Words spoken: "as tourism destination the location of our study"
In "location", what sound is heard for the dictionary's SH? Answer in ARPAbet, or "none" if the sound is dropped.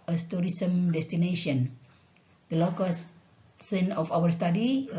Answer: S